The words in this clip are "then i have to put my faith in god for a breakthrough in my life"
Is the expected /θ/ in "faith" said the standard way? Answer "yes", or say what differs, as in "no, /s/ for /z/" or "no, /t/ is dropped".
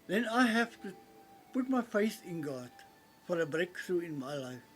no, /s/ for /θ/